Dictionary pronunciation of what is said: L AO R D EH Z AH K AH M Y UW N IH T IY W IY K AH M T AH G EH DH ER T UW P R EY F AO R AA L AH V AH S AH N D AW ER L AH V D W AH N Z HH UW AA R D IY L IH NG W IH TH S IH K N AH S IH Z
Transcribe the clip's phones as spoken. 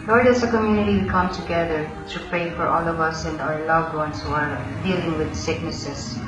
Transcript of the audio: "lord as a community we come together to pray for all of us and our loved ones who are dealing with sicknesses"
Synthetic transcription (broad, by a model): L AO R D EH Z AH K AH M Y UW N IH T IY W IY K AH M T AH G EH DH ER T UW P R EY F AO R AA L AH V AH S AH N D AW ER L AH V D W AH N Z HH UW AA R D IY L IH NG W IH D S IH K N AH S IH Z